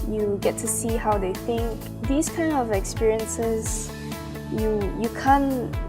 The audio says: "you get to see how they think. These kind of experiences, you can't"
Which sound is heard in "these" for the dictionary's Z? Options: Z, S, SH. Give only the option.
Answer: S